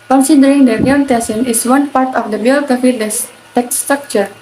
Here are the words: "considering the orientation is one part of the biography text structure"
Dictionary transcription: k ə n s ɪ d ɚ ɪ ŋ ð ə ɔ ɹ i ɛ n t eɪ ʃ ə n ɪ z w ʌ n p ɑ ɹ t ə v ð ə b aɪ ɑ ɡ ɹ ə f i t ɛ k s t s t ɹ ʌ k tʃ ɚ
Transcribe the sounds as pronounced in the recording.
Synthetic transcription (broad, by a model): k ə n s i d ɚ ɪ ŋ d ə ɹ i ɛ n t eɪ s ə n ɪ s w ʌ n p ɑ ɹ t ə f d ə b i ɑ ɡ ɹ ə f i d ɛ s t s t ɹ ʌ k tʃ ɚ